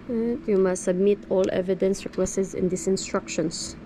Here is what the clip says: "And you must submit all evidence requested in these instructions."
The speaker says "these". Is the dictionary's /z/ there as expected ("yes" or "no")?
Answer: no